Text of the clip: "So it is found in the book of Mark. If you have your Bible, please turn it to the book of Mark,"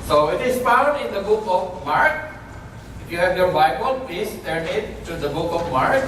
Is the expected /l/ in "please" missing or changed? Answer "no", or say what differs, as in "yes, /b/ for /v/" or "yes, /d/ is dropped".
yes, /l/ is dropped